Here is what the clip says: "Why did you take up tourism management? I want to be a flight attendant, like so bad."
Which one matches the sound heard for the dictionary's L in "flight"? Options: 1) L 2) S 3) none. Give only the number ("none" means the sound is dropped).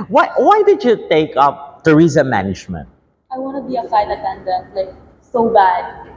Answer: 3